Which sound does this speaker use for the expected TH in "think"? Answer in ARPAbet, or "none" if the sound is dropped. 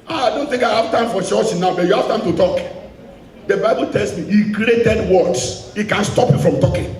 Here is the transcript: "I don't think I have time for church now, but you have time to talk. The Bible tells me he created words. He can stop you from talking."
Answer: T